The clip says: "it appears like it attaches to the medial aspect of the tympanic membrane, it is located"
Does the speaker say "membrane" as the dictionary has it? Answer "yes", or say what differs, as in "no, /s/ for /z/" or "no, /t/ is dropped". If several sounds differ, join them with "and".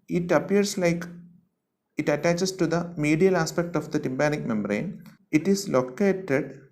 yes